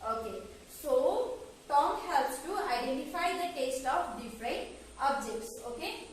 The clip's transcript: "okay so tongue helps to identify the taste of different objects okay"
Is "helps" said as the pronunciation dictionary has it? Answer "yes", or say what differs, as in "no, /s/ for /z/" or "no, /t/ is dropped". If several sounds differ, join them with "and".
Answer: yes